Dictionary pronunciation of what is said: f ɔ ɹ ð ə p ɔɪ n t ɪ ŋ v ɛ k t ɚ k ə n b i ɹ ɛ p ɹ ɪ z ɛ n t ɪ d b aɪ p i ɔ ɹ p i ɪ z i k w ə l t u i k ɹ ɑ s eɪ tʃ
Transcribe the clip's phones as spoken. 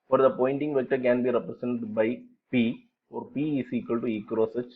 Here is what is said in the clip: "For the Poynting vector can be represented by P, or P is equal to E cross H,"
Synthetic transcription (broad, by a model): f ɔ ɹ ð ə p ɔɪ n t ɪ ŋ v ɛ k t ɚ k ə n b i ɹ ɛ p ɹ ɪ s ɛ n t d b aɪ p i ɔ ɹ p i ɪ s i k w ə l t u i k ɹ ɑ s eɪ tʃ